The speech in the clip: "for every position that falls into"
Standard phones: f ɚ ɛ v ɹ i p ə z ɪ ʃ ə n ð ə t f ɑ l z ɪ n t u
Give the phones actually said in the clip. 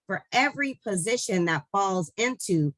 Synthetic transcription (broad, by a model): f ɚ ɛ v ɹ i p ə z ɪ ʃ ə n ð ə t f ɑ l z ɪ n t u